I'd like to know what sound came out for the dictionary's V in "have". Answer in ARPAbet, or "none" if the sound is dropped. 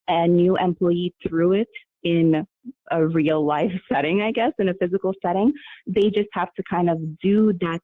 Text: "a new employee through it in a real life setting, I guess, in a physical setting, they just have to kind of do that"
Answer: F